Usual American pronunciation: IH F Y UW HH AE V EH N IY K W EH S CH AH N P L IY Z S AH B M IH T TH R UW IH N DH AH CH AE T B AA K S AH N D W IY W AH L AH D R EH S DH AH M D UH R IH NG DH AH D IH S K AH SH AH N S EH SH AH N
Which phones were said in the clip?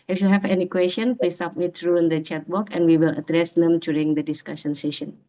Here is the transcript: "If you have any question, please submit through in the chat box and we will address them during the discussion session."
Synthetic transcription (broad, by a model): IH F Y UW HH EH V EH N IY K W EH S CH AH N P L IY S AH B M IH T R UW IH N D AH CH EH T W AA K AH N W IY W AH L AH D R EH S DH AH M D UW R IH NG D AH D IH S K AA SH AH N S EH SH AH N